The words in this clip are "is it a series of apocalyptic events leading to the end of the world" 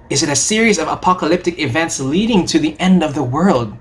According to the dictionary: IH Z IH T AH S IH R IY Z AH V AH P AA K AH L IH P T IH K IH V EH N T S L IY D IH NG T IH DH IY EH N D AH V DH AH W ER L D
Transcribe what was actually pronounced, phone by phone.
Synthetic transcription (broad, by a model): IH Z IH T AH S IH R IY Z AH V AH P AA K AH L IH P T IH K IH V EH N T S L IY D IH NG T IH DH IY EH N D AH V DH AH W ER L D